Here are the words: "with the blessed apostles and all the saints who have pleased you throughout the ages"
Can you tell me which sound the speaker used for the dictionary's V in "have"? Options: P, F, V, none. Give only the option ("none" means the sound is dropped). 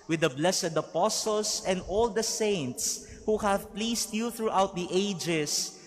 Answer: V